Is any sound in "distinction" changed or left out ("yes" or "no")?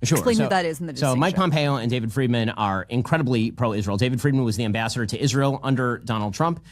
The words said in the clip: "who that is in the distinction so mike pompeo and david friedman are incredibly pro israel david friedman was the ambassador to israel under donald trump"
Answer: yes